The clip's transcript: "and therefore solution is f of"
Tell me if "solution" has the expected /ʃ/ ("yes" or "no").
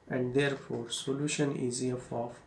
yes